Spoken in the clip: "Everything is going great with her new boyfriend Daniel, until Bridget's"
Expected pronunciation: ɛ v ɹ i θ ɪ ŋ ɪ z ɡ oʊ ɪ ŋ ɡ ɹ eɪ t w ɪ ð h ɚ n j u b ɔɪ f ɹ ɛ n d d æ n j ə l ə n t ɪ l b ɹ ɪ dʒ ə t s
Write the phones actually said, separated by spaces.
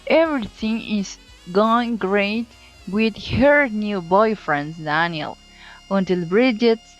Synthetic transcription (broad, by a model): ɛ v ɹ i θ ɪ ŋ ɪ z ɡ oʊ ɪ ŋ ɡ ɹ eɪ t w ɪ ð h ɚ n j u b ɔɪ f ɹ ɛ n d d æ n j ə l ə n t ɪ l b ɹ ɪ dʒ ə t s